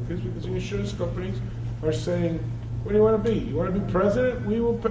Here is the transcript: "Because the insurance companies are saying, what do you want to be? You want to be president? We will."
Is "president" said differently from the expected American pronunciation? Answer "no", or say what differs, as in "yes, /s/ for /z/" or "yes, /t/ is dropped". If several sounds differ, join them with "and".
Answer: no